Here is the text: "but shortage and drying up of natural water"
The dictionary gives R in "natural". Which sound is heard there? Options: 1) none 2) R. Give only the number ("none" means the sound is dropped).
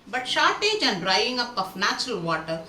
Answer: 2